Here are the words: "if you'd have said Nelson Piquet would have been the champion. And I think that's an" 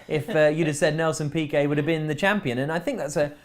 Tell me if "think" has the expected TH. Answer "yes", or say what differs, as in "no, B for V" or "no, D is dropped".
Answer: yes